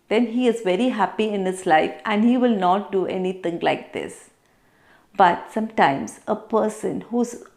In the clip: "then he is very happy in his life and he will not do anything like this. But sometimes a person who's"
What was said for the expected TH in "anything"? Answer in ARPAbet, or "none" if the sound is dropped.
T